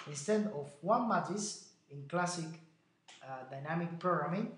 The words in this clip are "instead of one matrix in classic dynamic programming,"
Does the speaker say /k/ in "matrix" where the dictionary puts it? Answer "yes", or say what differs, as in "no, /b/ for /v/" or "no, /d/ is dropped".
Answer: no, /k/ is dropped